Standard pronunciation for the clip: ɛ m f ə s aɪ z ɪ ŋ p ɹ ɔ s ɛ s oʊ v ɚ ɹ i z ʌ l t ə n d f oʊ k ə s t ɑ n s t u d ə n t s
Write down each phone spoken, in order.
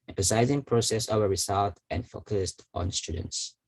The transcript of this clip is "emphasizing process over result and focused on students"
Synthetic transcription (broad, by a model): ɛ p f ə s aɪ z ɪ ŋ p ɹ ɔ s ɛ s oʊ ɚ ɹ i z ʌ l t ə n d f oʊ k ə s t ɑ n s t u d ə n t s